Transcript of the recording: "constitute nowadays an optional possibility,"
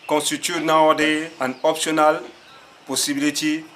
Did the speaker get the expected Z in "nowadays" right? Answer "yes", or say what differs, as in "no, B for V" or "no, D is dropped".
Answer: no, Z is dropped